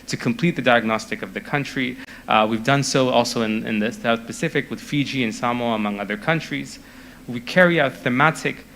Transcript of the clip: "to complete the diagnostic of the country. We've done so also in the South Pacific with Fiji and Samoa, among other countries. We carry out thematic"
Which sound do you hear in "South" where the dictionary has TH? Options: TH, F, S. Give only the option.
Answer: S